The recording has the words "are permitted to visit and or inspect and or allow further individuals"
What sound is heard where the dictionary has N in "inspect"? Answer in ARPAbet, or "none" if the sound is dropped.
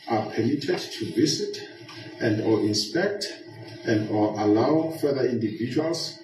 N